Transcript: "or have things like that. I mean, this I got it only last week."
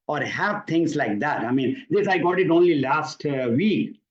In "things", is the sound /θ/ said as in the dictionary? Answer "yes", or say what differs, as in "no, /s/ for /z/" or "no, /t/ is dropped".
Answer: no, /t/ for /θ/